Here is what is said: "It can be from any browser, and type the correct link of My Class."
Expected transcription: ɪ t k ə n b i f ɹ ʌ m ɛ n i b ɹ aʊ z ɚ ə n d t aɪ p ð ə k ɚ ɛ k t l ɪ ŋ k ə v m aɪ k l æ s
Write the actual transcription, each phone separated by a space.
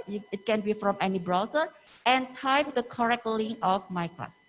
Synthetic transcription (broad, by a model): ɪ t k ə n b i f ɹ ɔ m ɛ n i b ɹ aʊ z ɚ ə n t aɪ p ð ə k ɚ ɛ k t l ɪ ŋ ə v m aɪ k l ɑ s